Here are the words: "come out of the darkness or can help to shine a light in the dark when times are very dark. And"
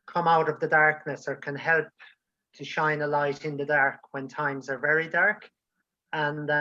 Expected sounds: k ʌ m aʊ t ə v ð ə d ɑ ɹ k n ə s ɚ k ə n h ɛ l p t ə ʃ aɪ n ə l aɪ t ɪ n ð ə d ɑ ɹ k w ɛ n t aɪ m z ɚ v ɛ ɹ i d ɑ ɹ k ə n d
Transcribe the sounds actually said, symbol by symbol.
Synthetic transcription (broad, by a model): k ʌ m aʊ t ə v ð ə d ɑ ɹ k n ə s ɚ k ə n h ɛ l p t ə ʃ aɪ n ə l aɪ t ɪ n ð ə d ɑ ɹ k w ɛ n t aɪ m z ɚ v ɛ ɹ i d ɑ ɹ k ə n